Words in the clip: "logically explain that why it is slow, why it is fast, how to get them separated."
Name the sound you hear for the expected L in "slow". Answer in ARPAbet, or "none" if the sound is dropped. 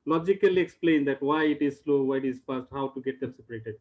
L